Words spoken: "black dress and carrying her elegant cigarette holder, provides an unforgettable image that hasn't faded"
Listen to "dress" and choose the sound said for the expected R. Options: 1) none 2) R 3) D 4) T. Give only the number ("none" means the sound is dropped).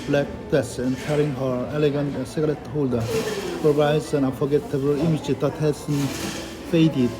1